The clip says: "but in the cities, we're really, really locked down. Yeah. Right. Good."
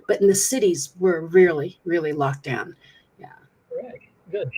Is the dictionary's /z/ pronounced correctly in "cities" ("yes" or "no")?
yes